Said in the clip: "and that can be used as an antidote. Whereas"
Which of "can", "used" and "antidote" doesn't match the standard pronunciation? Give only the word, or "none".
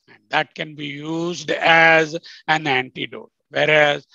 none